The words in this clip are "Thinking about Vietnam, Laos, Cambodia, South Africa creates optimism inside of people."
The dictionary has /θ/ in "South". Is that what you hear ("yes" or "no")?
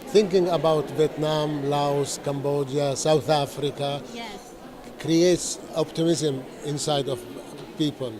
yes